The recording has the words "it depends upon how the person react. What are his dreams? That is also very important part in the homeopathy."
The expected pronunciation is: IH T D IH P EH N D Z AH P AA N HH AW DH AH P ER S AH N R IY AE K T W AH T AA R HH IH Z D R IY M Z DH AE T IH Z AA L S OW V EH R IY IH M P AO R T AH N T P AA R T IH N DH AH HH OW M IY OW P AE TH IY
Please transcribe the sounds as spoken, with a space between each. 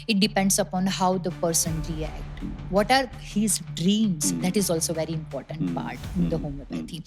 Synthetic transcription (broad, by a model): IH T D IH P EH N D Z AH P AA N HH AW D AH P ER S AH N R IY AE K T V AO T AA R HH IH Z D R IY M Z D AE T IH Z AA L S OW V EH R IY IH M P AO R T AH N T P AA R T IH N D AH HH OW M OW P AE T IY